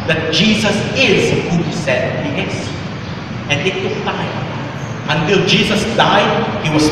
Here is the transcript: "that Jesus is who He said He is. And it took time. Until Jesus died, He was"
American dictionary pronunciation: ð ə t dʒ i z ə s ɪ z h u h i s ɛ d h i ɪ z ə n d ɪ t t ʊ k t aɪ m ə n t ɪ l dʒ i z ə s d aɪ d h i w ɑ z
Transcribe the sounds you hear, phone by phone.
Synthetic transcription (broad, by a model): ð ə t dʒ i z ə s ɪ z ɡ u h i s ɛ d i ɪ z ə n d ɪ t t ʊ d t aɪ ə n t ɪ l dʒ i z ə s d aɪ d h i w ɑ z